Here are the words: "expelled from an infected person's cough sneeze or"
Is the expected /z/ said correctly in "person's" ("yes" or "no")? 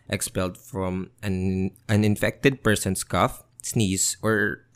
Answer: no